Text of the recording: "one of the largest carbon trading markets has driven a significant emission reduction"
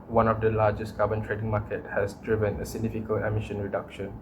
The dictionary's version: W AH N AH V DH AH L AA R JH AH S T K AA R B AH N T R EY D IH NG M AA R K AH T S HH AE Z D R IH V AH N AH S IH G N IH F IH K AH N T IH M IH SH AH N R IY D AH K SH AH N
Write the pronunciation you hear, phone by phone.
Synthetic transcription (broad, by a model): W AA N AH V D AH L AA JH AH S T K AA B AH N T R EY D IH NG M AA K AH T HH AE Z D R IH V AH N AH S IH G N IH F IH K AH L IH M IH SH AH N R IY D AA K SH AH N